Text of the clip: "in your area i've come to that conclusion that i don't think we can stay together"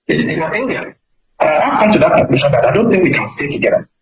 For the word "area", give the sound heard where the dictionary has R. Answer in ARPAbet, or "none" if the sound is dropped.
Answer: none